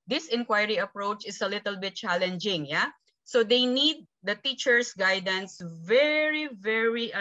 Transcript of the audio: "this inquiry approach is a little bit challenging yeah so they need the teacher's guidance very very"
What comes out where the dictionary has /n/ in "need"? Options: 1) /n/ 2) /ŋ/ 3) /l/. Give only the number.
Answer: 1